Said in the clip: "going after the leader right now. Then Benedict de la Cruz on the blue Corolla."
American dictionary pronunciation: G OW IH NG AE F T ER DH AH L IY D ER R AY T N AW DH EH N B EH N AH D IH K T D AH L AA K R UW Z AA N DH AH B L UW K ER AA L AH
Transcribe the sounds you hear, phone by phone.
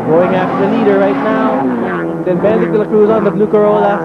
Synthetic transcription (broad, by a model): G OW IH NG AE F T ER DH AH L IY D ER R AY T N AW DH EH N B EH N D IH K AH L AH K R UW Z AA N DH AH B L UW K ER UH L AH